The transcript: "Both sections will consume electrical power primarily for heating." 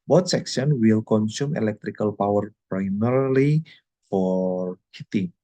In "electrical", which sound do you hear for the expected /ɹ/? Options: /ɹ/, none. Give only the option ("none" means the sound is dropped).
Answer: /ɹ/